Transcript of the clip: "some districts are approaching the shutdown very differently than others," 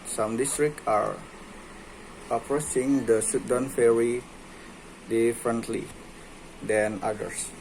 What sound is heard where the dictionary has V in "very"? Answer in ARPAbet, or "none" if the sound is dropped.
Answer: F